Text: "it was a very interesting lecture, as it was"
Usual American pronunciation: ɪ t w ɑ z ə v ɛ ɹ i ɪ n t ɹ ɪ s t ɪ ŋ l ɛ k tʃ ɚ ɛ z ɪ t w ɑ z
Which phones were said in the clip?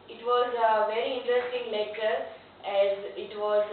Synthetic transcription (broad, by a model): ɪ t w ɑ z ə v ɛ ɹ i ɪ n t ɹ ɪ s t ɪ ŋ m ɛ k ɚ ɛ z ɪ t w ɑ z